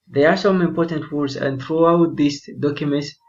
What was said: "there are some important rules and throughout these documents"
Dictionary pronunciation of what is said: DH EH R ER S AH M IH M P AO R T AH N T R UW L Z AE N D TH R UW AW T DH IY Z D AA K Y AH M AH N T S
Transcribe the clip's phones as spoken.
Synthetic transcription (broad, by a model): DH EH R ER S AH M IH M P AO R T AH N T W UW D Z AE N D TH R UW AW T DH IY S D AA K Y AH M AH N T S